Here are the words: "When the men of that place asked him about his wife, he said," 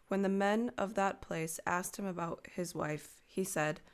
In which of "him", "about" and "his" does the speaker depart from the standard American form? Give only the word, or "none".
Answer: none